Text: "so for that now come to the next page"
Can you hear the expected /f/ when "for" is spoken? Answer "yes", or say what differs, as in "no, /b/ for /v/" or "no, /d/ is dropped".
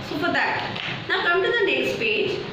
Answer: no, /p/ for /f/